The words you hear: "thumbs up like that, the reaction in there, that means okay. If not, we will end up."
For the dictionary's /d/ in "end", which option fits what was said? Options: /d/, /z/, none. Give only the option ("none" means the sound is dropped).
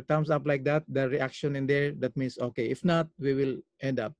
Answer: /d/